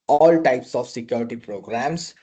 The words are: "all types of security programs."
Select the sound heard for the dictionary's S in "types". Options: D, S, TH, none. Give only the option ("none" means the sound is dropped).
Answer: S